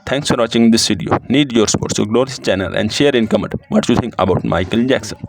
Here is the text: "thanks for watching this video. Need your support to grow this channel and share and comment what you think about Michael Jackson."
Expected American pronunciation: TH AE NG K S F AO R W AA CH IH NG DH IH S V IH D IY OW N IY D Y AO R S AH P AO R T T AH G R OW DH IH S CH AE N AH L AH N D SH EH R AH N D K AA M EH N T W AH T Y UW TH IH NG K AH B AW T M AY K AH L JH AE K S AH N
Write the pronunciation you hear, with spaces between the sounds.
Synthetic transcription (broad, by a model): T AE NG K S F AO R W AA CH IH NG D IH S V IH D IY OW N IY D Y AO R S P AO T S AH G L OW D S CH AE N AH L AH N D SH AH R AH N K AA M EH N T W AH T Y UW T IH NG K AH B AW T M AY K AH L JH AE K S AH N